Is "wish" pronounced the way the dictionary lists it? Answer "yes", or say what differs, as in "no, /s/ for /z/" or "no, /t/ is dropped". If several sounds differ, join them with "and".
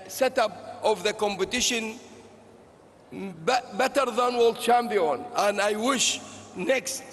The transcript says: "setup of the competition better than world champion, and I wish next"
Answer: yes